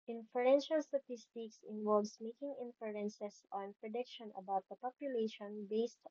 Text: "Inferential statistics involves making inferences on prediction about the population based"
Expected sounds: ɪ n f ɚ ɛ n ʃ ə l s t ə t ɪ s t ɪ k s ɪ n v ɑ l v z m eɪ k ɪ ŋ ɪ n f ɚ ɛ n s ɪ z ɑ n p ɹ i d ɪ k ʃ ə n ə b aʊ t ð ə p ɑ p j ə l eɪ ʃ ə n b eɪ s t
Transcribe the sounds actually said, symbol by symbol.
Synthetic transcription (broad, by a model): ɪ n f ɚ ɛ n ʃ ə l s t ə t ɪ s t ɪ k s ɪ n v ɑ l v s m eɪ k ɪ ŋ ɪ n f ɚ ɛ n s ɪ s ɑ n p ɹ i d ɪ k ʃ ə n ə b aʊ t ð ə p ɑ p j ə l eɪ ʃ ə n b eɪ s t